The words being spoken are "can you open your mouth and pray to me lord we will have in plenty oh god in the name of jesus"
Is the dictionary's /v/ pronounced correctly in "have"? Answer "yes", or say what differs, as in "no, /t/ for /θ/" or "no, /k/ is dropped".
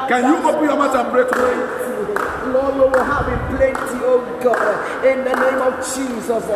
no, /b/ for /v/